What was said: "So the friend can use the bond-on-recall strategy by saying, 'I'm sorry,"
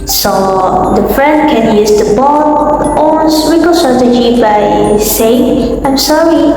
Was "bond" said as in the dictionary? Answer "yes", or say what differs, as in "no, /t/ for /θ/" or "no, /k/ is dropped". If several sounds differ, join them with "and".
no, /n/ is dropped